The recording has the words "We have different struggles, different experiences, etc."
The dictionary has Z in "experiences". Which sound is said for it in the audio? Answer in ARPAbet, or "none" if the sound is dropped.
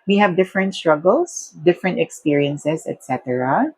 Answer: S